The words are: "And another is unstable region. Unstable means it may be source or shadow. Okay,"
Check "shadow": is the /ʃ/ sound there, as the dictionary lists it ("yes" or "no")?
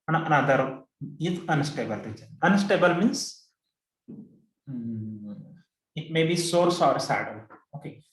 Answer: no